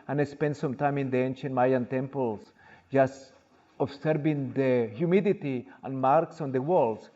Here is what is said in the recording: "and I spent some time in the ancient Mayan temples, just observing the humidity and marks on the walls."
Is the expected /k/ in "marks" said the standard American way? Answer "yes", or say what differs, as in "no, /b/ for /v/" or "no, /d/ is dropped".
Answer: yes